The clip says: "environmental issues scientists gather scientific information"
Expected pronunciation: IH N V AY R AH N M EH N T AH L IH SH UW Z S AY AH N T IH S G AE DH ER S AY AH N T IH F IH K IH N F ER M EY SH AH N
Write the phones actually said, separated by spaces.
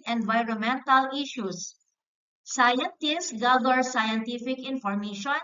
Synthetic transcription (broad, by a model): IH N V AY R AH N M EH N T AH L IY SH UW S S AY AH N T IH S G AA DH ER S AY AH N T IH F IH K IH N F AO M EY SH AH N